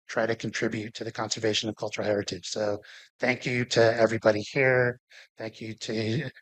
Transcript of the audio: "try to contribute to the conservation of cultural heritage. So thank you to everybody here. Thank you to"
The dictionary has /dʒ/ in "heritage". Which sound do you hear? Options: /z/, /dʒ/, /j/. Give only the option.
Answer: /z/